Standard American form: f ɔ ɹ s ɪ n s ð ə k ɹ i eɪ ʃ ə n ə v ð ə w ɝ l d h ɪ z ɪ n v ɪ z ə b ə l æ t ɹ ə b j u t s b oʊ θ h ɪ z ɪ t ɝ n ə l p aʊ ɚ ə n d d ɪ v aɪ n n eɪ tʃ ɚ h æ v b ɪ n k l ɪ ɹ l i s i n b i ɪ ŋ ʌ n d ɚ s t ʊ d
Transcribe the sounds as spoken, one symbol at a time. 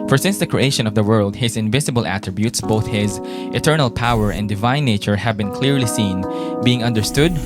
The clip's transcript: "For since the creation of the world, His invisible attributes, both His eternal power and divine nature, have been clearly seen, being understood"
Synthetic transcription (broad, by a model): f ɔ ɹ s ɪ n s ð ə k ɹ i eɪ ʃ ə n ə v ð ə w ɝ l d h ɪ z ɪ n v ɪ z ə b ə l æ t ɹ ə b j u t s b oʊ θ h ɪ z ɪ t ɝ n ə l p aʊ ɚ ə n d d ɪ v aɪ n n eɪ tʃ ɚ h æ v b ɪ n k l ɪ ɹ l i s i n b i ɪ ŋ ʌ n d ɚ s t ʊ d